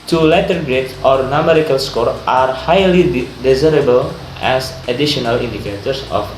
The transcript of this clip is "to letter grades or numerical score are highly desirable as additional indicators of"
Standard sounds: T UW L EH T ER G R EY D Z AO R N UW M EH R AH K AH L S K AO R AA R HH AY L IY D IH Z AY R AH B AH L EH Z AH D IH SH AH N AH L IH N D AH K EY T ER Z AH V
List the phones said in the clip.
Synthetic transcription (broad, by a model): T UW L EH T ER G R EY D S AO R N UW M EH R AH K AH L S K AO R AA R HH AY L IY D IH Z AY R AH B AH L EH S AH D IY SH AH N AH L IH N D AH K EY T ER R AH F